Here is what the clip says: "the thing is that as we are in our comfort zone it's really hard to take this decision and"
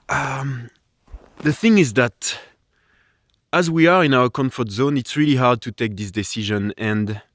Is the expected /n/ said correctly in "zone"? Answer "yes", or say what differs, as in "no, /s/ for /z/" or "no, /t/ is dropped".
yes